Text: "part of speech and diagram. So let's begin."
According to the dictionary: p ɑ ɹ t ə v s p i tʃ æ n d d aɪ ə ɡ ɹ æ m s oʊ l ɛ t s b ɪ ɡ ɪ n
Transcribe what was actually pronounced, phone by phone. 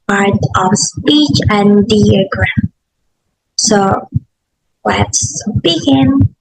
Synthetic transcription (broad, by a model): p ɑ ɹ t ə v s p i tʃ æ n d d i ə ɡ ɹ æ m s oʊ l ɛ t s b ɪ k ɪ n